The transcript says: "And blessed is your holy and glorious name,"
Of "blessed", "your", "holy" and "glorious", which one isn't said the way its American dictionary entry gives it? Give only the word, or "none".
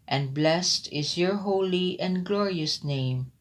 none